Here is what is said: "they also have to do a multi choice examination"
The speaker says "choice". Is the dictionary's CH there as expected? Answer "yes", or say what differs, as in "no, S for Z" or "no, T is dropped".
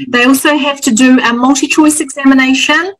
yes